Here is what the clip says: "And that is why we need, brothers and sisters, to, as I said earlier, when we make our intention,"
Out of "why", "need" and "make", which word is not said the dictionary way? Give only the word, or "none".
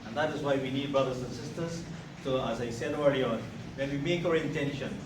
none